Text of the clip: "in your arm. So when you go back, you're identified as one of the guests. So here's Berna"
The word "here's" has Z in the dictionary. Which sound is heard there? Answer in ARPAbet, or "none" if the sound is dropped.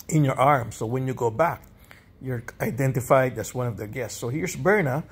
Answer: S